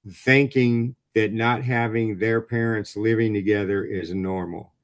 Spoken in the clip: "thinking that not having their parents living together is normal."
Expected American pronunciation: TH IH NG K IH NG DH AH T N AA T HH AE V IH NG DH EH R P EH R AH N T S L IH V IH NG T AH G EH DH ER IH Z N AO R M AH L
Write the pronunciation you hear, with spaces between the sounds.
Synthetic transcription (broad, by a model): TH IH NG K IH NG DH AH T N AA T HH AE V IH NG DH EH R P EH R AH N T S L IH V IH NG T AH G EH DH ER IH Z N AO R M L